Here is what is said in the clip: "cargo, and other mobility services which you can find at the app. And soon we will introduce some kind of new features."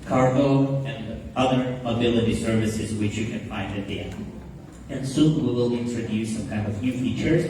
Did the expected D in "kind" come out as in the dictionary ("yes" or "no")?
yes